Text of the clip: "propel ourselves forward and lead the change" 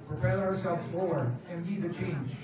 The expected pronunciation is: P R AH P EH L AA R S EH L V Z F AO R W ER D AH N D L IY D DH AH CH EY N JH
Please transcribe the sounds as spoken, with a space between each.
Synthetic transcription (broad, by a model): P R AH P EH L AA R S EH L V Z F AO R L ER AH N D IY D DH AH CH EY N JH